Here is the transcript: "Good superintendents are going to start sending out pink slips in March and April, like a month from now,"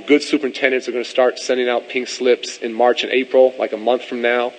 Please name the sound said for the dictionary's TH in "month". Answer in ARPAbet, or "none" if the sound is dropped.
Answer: TH